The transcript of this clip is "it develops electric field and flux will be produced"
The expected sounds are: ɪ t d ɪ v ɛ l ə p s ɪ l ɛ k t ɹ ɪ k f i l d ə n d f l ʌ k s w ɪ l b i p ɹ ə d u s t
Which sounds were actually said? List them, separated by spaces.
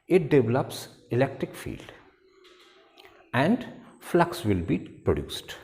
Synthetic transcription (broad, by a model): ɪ t d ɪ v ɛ l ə p s ɪ l ɛ k t ɹ ɪ k f i l d ə n d f l ʌ k s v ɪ l b i p ɹ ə d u s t